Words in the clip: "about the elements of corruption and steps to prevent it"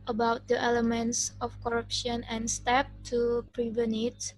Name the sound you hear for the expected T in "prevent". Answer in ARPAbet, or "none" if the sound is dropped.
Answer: none